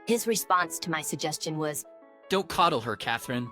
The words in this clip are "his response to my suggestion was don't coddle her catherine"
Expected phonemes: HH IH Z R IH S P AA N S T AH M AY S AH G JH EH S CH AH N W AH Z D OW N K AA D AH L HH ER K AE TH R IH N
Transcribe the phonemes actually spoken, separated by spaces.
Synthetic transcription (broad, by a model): HH IH Z R IH S P AA N S T AH M AY S AH G JH EH S CH AH N W AH Z D OW N K AA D L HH ER K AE TH R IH N